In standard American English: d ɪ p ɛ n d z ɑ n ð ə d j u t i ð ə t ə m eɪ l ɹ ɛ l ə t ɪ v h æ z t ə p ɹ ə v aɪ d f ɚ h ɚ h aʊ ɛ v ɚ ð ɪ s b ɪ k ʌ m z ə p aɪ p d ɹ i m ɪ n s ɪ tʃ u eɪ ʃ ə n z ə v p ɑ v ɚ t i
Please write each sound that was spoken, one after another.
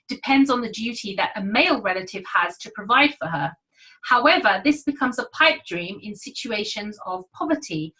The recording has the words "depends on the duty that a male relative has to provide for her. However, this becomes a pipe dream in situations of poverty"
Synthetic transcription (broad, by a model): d ɪ p ɛ n d z n ð ə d j u t i ð ə t ə m eɪ l ɹ ɛ l ə t ɪ v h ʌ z t ə p ɹ ə v aɪ d f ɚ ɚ h aʊ ɛ v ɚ ð ɪ s b ɪ k ʌ m z ə p aɪ p d ɹ i m ɪ n s ɪ tʃ u eɪ ʃ ə n z ə v p ɑ v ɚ t i